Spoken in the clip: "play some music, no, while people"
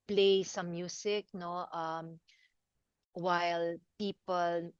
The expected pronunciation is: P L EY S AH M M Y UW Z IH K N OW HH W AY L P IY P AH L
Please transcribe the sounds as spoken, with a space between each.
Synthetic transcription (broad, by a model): P L EY S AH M M Y UW S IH K N OW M W AY L P IY P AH L